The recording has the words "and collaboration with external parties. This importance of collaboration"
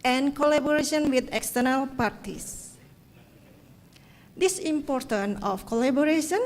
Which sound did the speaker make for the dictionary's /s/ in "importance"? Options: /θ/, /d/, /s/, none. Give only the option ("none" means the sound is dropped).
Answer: none